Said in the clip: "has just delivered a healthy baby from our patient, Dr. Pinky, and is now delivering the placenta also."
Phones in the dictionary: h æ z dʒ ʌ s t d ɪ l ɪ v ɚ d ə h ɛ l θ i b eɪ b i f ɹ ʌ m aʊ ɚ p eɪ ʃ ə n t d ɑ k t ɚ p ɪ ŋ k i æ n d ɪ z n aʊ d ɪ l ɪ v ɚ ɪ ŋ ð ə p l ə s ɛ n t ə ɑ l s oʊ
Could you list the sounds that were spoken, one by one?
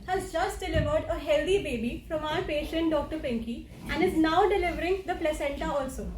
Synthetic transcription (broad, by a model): h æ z dʒ ʌ s t d ɪ l ɪ v ɚ d ə h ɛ l t i b eɪ b i f ɹ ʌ m aʊ ɚ p eɪ ʃ ə n t d ɑ k t ɚ p ɪ ŋ k i æ n d ɪ z n aʊ d ɪ l ɪ v ɚ ɪ ŋ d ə p l ə s ɛ n t ə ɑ l s oʊ